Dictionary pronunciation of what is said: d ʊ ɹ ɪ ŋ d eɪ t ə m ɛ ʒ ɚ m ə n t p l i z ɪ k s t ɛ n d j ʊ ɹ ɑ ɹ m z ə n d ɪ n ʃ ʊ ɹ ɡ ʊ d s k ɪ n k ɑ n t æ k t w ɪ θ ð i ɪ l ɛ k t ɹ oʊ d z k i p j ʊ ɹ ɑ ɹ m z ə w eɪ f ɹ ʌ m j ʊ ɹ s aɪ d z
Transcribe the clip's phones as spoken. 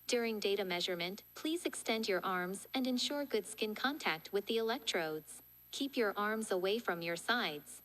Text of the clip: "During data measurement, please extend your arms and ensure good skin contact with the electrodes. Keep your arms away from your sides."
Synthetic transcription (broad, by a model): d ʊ ɹ ɪ ŋ d eɪ t ə m ɛ ʒ ɚ m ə n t p l i z ɪ k s t ɛ n d j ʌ ɹ ɑ ɹ m z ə n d ɪ n ʃ ʊ ɹ ɡ ʊ d s k ɪ n k ɑ n t æ k t w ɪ ð i ɪ l ɛ k t ɹ oʊ d z k i p j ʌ ɹ ɑ ɹ m z ə w eɪ f ɹ ʌ m j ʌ ɹ s aɪ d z